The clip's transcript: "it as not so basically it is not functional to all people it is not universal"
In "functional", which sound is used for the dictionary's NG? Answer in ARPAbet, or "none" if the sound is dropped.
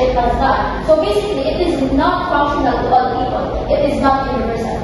none